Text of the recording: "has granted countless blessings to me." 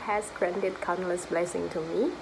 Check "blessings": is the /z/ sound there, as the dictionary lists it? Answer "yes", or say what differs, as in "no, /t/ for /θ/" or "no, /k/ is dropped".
no, /z/ is dropped